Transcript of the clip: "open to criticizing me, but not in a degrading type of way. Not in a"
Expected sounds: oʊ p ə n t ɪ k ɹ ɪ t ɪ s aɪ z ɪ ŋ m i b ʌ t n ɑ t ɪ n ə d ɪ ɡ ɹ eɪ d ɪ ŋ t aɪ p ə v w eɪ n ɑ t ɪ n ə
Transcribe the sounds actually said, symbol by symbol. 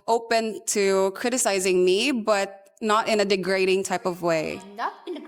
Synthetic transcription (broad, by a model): oʊ p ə n t ɪ k ɹ ɪ t ɪ s aɪ z ɪ ŋ m i b ʌ t n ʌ t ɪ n ə d ɪ ɡ ɹ eɪ d ɪ ŋ t aɪ p ə v w eɪ ɪ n